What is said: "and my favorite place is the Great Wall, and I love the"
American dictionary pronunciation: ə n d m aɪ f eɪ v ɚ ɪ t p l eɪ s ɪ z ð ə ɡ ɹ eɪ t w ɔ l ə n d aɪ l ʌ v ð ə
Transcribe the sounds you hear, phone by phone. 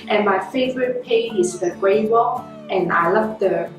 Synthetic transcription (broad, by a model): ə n m aɪ f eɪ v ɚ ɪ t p eɪ ɪ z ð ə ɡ ɹ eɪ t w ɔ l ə n aɪ l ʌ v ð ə